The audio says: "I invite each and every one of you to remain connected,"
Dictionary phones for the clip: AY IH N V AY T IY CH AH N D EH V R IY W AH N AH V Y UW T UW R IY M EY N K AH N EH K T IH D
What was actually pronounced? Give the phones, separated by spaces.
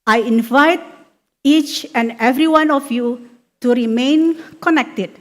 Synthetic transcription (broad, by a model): AY IH N V AY T IY CH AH N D EH V R IY W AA N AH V Y UW T UW R IY M EY N K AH N EH K T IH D